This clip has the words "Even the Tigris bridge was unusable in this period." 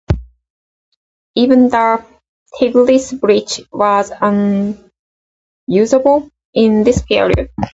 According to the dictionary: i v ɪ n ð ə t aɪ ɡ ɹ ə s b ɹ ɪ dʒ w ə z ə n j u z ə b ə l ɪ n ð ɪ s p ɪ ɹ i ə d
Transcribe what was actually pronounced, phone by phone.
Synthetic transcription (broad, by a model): i v ɪ n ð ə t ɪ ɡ l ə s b ɹ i tʃ w ə z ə n j u z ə b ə l ɪ n ð ɪ s p ɪ ɹ i ə d